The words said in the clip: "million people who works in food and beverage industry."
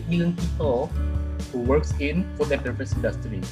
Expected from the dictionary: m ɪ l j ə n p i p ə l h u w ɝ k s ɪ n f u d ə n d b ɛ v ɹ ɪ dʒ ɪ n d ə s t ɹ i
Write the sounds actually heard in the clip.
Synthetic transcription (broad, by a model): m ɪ l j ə n p i p ə l h u w ɝ k s ɪ n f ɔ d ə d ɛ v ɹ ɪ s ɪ n d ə s t ɹ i